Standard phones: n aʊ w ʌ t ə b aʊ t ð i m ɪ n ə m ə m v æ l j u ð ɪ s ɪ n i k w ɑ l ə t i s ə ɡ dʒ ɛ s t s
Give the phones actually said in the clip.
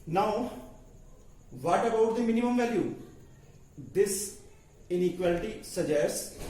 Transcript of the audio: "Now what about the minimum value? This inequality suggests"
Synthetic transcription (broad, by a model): n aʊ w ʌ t ə b aʊ t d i m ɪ n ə m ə m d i j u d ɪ s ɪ n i k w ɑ l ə t i s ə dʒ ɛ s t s